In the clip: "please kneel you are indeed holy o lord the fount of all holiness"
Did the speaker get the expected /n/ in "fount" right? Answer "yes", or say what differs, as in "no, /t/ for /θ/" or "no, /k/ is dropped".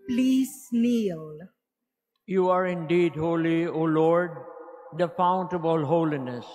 yes